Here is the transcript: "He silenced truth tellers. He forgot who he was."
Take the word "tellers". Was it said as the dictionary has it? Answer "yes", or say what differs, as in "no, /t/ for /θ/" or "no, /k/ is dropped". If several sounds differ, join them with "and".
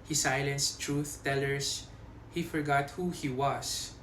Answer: no, /s/ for /z/